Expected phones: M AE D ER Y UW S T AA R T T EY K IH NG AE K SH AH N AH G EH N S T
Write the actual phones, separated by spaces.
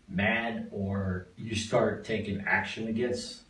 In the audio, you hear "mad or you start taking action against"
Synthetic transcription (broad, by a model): M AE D ER Y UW S T AA R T T EY K IH NG AE K SH AH N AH G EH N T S